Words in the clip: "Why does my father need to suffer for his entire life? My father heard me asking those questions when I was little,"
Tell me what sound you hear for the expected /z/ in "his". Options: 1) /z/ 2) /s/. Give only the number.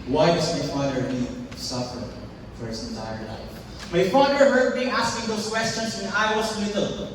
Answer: 2